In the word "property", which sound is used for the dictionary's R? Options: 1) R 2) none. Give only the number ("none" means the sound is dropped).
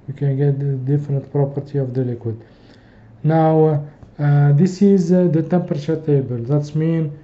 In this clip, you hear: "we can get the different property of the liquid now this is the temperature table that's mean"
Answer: 1